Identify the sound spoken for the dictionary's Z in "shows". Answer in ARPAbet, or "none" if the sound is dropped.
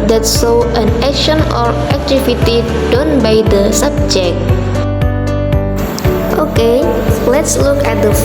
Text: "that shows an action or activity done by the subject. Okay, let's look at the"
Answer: none